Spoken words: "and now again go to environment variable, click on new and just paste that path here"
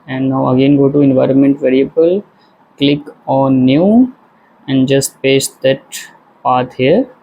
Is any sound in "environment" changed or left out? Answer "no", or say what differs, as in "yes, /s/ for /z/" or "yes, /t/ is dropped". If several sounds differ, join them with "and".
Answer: no